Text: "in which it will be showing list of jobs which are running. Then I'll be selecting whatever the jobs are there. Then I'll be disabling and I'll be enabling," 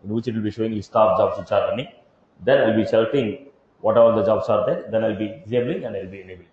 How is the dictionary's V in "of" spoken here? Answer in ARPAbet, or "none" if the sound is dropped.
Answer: P